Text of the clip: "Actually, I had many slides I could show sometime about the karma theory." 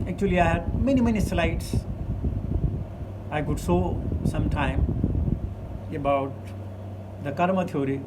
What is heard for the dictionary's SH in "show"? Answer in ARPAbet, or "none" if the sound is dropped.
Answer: S